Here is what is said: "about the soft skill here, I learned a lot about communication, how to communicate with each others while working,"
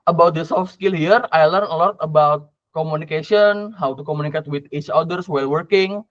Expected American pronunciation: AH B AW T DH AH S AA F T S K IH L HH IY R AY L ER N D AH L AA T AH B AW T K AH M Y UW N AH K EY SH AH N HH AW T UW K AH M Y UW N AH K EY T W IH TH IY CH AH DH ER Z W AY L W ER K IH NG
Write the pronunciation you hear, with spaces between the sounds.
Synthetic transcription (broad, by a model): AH B AW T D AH S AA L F S K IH L HH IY R AY L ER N AH L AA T AH B AW T K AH M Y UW N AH K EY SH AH N HH AW T UW K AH M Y UW N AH K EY T W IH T IY CH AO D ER S W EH L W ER K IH NG